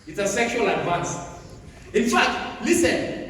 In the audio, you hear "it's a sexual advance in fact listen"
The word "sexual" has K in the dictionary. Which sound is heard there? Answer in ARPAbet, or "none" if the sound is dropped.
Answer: K